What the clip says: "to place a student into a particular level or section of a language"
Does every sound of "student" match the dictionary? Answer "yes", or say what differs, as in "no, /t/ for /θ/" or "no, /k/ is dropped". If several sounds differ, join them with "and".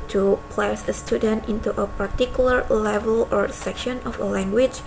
yes